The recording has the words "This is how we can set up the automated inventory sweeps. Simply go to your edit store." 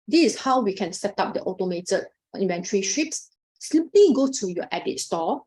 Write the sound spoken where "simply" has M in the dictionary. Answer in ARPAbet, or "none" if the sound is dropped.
none